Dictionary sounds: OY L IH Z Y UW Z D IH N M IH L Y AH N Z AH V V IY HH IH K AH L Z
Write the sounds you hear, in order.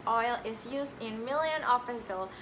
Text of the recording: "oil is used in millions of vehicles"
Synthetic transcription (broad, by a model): OY L IH Z Y UW Z D IH N M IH L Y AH N AH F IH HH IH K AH L